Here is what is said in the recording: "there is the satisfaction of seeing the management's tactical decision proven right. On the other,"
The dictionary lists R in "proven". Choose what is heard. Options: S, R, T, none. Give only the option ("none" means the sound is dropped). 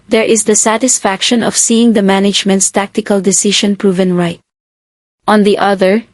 R